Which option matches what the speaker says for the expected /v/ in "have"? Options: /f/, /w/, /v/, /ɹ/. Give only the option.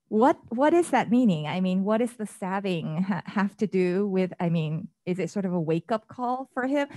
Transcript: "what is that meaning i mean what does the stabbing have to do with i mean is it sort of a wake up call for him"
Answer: /f/